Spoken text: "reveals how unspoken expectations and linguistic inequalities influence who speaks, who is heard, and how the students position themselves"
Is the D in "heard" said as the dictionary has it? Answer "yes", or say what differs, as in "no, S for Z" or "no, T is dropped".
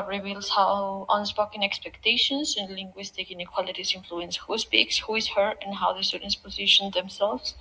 no, D is dropped